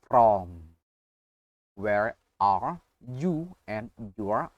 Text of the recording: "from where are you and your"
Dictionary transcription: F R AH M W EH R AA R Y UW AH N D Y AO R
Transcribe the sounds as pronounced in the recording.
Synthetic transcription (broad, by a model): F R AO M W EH R AA R Y UW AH N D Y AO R